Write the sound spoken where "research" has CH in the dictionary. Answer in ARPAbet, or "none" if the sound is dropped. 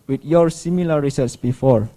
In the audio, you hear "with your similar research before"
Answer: S